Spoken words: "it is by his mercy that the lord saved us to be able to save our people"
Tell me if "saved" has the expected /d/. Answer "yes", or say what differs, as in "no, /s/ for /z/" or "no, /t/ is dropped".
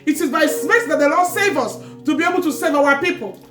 no, /d/ is dropped